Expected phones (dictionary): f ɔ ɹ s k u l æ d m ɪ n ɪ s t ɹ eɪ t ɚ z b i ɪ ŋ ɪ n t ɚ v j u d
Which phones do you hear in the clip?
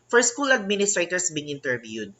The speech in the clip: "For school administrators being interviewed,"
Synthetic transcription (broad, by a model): f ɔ ɹ s k u l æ d m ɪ n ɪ s t ɹ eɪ t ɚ s b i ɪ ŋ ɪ n t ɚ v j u d